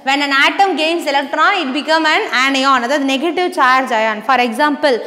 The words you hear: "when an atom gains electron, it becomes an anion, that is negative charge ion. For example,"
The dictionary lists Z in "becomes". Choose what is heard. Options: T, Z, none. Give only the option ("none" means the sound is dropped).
none